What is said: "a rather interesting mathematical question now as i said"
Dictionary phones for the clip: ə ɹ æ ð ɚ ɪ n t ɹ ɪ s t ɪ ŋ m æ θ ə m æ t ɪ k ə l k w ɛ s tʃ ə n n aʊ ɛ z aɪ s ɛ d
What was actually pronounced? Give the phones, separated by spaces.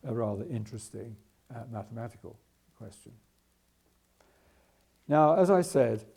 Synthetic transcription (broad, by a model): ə ɹ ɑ ð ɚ ɪ n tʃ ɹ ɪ s t ɪ ŋ m æ θ ə m æ t ɪ k ə l k w ɛ s tʃ ə n n aʊ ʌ z aɪ s ɛ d